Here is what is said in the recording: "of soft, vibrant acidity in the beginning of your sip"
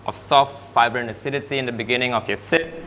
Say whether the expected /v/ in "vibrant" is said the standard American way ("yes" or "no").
no